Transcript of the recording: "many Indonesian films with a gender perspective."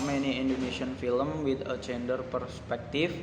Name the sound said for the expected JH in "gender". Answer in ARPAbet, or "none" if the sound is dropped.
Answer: CH